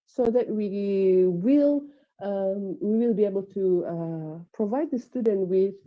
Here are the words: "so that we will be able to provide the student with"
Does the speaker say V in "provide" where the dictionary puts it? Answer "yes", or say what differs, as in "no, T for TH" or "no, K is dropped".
yes